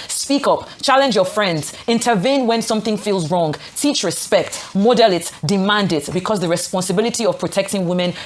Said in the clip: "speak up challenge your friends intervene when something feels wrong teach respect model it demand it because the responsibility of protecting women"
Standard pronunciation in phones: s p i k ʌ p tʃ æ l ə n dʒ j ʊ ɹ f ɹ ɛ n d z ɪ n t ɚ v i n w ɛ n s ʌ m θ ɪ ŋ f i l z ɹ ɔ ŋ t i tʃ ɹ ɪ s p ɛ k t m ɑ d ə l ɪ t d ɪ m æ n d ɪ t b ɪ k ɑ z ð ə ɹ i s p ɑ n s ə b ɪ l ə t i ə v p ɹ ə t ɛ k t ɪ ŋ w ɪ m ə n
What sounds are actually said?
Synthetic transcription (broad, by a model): s p i k ʌ p tʃ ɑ l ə n dʒ j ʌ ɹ f ɹ ɛ n d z ɪ n t ɚ v i n w ɛ n s ʌ m θ ɪ ŋ f i l z ɹ ɔ ŋ t i tʃ ɹ ɪ s p ɛ k t m ɑ d ə l ɪ t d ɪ m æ n d ɪ t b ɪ k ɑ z ð ə ɹ i s p ɑ n s ə b ɪ l ə t i ə v p ɹ ə t ɛ k t ɪ ŋ w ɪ m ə n